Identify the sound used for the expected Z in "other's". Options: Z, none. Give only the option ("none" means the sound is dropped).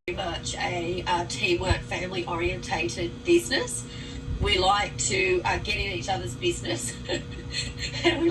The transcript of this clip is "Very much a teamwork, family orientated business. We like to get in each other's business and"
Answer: Z